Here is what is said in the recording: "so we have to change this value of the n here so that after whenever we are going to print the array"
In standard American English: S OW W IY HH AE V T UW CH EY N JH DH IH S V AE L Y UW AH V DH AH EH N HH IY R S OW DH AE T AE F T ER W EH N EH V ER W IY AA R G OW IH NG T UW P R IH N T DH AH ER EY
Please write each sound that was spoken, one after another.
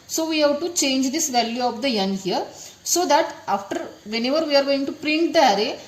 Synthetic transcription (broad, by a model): S OW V IY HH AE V T UW CH EY N JH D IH S V AE L Y UW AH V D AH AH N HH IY R S OW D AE T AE F T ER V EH N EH V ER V IY AA R G OW IH NG T UW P R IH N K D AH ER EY